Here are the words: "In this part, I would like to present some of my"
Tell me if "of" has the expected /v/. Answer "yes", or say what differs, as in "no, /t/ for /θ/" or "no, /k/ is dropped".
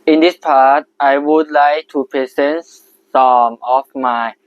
no, /f/ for /v/